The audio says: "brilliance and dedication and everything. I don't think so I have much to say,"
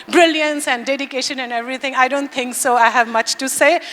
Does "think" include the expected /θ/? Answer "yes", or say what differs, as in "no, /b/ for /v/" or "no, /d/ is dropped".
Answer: no, /t/ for /θ/